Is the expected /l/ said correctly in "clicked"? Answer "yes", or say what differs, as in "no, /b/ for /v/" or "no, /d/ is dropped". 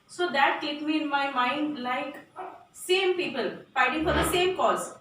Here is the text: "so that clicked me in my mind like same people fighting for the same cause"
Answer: no, /l/ is dropped